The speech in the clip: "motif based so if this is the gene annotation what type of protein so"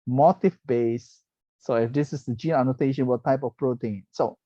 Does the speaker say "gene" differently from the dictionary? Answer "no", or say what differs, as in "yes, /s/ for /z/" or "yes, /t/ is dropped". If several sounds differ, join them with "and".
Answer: no